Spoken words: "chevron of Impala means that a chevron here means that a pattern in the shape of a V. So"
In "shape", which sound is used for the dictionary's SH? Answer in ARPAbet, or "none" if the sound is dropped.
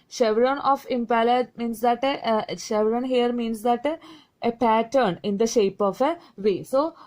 SH